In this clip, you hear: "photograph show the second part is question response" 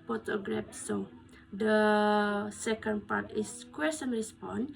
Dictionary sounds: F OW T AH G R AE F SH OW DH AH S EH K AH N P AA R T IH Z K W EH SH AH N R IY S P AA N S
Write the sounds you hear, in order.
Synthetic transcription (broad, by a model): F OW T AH G R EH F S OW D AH S EH K AH N P AA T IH S K W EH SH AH N R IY S P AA N